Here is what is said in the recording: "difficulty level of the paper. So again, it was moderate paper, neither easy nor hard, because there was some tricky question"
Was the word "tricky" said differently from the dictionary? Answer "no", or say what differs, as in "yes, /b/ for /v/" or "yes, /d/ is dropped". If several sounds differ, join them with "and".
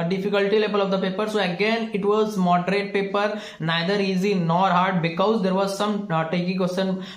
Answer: yes, /ɹ/ is dropped